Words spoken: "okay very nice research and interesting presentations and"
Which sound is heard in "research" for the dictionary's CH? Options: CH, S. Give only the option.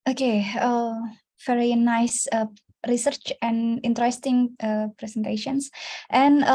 CH